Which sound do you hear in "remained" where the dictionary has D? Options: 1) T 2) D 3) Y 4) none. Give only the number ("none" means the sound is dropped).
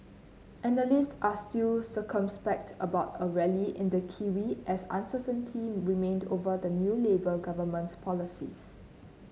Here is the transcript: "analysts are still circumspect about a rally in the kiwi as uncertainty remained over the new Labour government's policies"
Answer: 2